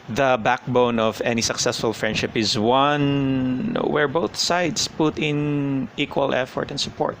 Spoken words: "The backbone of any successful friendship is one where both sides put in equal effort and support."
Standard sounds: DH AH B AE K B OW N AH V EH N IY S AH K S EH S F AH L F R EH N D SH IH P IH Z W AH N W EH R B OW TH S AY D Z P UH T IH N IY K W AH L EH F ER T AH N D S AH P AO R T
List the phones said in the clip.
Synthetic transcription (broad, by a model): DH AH B AE K B OW N AH V EH N IY S AH K S EH S F AH L F R EH N D SH IH P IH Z W AH N W EH R B OW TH S AY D S P UH T IH N IY K W AH L EH F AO T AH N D S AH P AO R T